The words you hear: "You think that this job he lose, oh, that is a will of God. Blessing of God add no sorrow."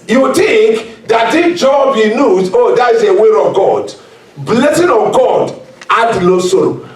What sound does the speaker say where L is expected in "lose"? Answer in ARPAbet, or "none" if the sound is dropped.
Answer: N